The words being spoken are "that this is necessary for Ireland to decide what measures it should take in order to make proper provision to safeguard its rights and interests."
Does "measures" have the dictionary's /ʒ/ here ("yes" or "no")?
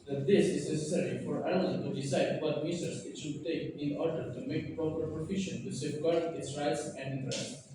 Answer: no